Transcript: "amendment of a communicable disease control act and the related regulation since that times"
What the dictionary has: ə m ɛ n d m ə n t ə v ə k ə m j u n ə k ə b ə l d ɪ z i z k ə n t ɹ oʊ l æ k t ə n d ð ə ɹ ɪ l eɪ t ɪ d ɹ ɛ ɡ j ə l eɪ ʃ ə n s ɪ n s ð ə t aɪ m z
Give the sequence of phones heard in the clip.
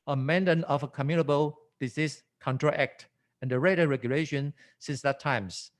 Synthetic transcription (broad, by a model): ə m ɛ n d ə n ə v ə k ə m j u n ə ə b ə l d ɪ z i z k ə n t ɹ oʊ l æ k t ə n d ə ɹ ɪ ɪ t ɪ ɹ ɛ ɡ j ə l eɪ ʃ ə n s ɪ n s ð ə t aɪ m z